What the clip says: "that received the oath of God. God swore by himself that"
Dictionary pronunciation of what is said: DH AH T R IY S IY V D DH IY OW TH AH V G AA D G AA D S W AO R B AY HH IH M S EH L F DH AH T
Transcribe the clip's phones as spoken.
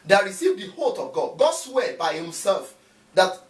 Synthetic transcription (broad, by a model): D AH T R IY S IY V D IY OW T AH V G AA D G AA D S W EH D B AY HH IH M S EH L F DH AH T